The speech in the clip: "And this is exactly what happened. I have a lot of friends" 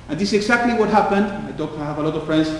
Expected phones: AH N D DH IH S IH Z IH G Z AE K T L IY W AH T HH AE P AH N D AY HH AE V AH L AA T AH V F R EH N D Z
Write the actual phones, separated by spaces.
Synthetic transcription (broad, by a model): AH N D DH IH S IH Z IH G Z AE K T L IY W AH T HH AE P AH N D AY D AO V AH L AA T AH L F R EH N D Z